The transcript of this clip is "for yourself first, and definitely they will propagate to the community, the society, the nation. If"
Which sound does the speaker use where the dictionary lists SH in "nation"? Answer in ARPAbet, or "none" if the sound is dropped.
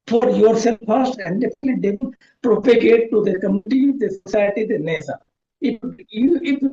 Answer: S